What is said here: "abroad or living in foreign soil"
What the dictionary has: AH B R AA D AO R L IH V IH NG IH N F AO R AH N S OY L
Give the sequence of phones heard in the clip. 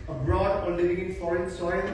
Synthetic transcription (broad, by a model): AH B R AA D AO L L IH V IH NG IH N F AO R AH N S OY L